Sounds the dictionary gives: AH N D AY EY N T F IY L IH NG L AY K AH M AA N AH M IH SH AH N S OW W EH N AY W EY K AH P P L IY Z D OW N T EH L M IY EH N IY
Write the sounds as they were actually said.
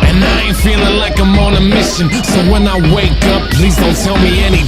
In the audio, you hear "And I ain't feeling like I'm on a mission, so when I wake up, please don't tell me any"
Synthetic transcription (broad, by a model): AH N AY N F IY L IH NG L AY K AH M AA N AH M IH SH AH N S OW W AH N AY W EY K AH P P L IY Z D OW N T EH L M IY EH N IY